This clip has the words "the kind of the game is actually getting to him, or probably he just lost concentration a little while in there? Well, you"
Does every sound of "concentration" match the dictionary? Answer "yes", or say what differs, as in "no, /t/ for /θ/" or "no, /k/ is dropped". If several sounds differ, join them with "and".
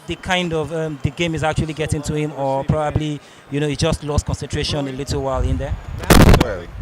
yes